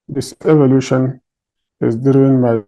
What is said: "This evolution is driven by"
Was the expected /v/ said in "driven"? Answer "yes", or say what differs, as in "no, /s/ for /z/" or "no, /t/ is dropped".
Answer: no, /v/ is dropped